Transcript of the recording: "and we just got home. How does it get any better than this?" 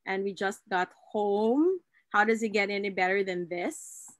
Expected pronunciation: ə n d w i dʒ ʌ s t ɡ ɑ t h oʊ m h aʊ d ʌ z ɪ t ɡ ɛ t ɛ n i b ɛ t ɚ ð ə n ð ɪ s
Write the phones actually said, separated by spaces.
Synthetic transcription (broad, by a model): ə n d w i dʒ ʌ s t ɡ ɑ t h oʊ m h aʊ d ʌ z ɪ t ɡ ɛ t ɛ n i b ɛ t ɚ ð ə n ð ɪ s